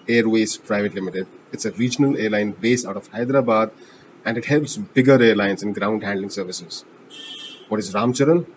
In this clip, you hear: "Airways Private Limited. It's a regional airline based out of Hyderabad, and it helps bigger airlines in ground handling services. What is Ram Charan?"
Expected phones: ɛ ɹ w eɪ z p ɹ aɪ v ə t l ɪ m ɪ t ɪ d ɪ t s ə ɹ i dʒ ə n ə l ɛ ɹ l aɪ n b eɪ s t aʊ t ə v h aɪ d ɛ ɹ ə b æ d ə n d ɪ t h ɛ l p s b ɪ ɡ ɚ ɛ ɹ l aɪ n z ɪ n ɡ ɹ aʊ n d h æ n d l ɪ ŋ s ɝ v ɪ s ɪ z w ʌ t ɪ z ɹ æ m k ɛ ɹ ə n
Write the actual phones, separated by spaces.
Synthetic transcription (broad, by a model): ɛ ɹ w eɪ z p ɹ aɪ v ə t l ɪ m ɪ t ɪ d ɪ t s ə ɹ i dʒ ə n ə l ɛ ɹ l aɪ n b eɪ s aʊ t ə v h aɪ d ɹ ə b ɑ d ə n d ɪ t h ɛ l p s b ɪ ɡ ɚ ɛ ɹ l aɪ n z ɪ n ɡ ɹ aʊ n d h æ n d l ɪ ŋ s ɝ v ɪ s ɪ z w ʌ t ɪ z ɹ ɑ m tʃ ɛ ɹ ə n